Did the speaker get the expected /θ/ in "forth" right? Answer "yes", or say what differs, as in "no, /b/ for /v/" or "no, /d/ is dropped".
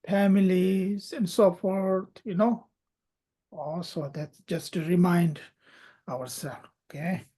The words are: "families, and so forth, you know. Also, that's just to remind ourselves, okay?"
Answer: no, /t/ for /θ/